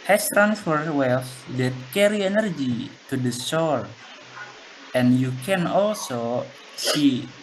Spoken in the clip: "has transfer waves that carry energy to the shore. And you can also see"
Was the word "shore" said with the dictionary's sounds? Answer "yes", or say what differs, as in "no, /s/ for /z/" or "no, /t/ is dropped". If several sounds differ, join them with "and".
no, /s/ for /ʃ/